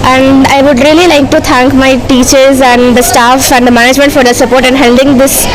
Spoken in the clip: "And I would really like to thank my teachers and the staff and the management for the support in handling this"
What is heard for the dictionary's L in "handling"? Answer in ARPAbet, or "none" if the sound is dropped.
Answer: none